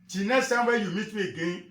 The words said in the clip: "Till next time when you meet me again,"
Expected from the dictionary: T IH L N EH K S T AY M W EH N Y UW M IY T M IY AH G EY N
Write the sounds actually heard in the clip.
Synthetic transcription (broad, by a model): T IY N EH S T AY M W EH Y UW M IY T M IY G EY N